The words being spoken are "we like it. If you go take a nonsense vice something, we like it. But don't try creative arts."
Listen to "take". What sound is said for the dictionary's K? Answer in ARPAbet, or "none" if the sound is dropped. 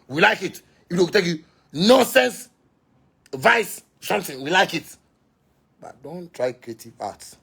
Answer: none